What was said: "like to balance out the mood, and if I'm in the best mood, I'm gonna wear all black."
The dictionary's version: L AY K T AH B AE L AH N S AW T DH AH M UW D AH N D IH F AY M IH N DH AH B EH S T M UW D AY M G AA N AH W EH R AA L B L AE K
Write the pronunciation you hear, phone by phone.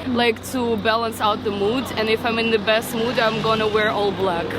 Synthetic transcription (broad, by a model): L AY K T AH B AE L AH N S AW T DH AH M UW D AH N IH F AY M IH N DH AH B EH S T M UW D AY M G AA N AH W EH R AA L B L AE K